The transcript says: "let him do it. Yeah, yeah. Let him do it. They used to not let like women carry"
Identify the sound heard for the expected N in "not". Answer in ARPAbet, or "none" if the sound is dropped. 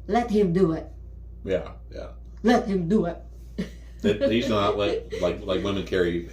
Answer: L